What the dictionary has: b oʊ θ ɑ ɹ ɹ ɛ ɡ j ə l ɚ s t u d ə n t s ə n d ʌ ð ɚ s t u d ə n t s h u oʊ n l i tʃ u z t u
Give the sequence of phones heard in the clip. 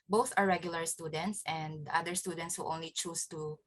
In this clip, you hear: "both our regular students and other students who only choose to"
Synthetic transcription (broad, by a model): b oʊ θ ɑ ɹ ɹ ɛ ɡ j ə l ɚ s t u d ə n t s ə n d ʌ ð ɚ s t u d ə n t s h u oʊ n l i tʃ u s t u